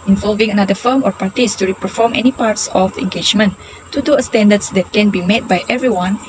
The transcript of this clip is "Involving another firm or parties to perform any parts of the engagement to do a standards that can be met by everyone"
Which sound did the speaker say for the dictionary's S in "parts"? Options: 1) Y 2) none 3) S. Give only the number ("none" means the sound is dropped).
3